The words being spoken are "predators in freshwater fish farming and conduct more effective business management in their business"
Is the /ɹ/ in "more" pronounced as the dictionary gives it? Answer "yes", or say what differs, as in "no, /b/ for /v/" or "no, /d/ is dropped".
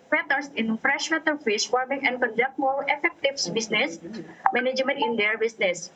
no, /l/ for /ɹ/